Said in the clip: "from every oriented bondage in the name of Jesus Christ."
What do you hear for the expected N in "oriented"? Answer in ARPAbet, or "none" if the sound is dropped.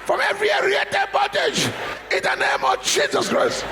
none